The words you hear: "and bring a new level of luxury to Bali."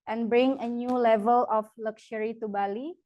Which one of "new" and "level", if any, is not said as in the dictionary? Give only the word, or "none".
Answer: none